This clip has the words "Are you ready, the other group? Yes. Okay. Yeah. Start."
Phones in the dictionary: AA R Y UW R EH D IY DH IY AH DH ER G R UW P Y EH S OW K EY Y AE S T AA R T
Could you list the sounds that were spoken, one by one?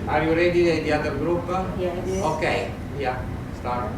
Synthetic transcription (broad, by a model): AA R Y UW R EH D IY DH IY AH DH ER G R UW P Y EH OW K EY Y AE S T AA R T